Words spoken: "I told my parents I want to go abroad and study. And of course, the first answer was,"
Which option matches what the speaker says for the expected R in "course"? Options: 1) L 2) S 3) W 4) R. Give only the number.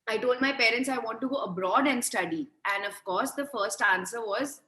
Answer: 4